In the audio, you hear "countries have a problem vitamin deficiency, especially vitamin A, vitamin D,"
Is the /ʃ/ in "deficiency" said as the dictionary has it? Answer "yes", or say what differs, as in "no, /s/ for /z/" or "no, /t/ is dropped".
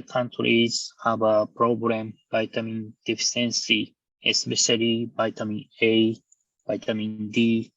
no, /s/ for /ʃ/